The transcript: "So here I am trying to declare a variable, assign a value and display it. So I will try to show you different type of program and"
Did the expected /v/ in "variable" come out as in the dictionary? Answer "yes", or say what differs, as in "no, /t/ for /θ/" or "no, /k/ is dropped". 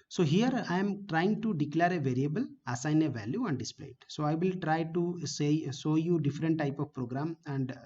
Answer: yes